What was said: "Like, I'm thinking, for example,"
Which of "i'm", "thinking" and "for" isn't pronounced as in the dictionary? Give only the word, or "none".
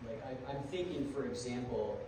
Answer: none